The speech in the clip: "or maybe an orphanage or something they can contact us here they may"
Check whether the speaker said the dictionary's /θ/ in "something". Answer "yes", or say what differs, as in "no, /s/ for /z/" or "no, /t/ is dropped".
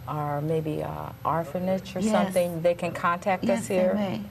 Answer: yes